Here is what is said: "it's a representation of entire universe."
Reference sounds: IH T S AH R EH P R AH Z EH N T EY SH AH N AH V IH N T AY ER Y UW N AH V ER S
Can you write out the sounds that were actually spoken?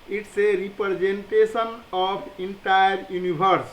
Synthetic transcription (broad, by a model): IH T S AH R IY P R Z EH N T EY S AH N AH P IH N T AY ER Y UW N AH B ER S